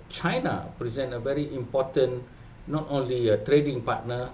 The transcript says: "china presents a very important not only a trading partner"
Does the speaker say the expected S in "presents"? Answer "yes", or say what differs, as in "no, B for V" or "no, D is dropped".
no, S is dropped